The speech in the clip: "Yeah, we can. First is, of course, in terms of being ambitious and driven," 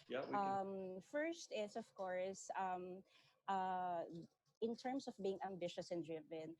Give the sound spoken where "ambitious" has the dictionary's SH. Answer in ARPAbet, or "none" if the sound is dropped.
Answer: SH